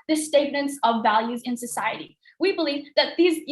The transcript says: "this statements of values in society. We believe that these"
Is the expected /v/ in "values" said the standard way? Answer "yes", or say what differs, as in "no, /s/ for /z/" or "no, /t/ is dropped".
yes